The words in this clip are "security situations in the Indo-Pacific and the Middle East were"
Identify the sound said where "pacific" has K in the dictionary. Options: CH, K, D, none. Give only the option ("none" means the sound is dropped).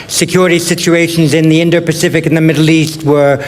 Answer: K